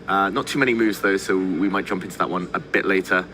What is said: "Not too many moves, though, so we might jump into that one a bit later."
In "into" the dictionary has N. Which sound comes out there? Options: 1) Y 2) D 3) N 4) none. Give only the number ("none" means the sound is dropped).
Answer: 3